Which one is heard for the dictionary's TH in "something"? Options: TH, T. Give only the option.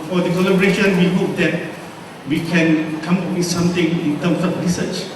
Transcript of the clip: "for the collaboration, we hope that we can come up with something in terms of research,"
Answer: T